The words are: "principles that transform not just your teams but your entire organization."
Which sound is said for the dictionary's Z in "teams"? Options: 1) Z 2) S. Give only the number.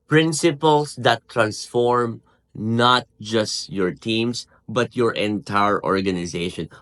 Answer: 2